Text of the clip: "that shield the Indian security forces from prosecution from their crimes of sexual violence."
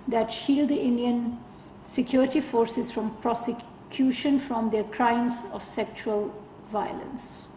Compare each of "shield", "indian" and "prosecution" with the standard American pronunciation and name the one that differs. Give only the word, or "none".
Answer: none